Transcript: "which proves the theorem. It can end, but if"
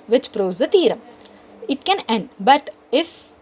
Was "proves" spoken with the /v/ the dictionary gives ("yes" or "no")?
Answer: no